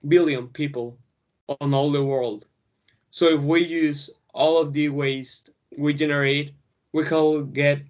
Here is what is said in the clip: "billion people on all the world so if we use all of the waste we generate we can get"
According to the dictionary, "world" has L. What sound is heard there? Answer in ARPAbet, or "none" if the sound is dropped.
L